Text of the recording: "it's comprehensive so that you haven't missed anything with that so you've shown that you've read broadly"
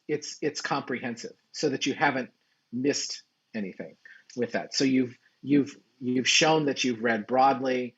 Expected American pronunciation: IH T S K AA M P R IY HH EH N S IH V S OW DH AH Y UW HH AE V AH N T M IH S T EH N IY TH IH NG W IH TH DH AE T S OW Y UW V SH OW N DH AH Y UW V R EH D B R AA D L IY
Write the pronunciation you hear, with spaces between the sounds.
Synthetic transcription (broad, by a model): IH T S K AA M P R IY HH EH N S IH V S OW DH AH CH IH HH AE V AH N T M IH S T EH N IY TH IH NG W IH DH AE T S OW Y UW V SH OW N DH AH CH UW V R EH D B R AA D L IY